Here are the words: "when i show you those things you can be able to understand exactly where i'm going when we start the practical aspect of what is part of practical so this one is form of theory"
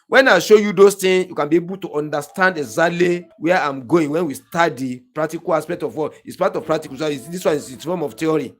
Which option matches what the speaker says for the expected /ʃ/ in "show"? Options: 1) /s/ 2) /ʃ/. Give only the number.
2